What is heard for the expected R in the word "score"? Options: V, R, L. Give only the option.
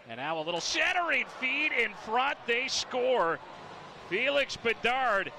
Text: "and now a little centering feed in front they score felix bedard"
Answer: R